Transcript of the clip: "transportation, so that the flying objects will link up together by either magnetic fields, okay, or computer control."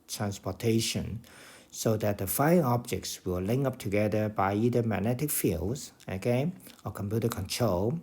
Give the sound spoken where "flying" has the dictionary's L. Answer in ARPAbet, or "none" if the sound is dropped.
none